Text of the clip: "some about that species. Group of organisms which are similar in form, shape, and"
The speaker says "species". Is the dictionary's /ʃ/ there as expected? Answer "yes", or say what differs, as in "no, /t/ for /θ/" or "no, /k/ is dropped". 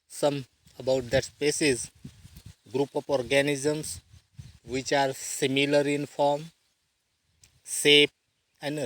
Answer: no, /s/ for /ʃ/